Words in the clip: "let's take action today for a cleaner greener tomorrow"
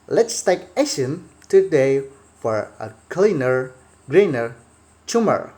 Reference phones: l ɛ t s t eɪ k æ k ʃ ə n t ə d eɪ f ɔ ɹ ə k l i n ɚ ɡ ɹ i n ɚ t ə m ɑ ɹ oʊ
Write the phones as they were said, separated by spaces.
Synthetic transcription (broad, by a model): l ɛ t s t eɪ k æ ʃ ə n t ə d eɪ f ɔ ɹ ə k l i n ɚ ɡ ɹ i n ɚ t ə m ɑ ɹ